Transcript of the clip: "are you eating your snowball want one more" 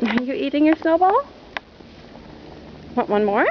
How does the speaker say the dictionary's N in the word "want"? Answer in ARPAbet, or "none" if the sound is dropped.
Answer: none